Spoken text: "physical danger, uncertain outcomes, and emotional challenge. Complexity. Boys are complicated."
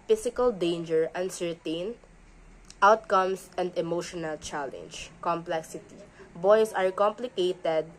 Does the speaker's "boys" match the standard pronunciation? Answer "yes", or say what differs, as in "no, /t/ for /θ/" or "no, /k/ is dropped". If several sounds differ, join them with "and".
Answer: no, /s/ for /z/